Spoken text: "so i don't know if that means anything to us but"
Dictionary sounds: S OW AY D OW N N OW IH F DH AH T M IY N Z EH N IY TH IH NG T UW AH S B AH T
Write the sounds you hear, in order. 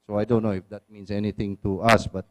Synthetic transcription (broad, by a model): S OW AY D OW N N OW IH F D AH T M IY N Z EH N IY T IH NG T UW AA S B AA T